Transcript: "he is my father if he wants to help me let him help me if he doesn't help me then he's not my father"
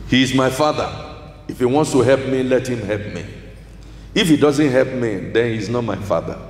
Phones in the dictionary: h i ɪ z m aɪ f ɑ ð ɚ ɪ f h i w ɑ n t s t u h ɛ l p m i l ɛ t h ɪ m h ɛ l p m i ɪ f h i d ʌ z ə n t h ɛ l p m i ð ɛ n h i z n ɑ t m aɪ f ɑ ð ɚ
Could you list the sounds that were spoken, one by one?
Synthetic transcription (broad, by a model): h i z m aɪ f ɑ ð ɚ ɪ f h i w ɑ n t s t u h ɛ l p m i l ɛ t h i m h ɛ l p m i ɪ f h i d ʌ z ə n t h ɛ l p m i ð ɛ n h i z n ɑ t m aɪ f ɑ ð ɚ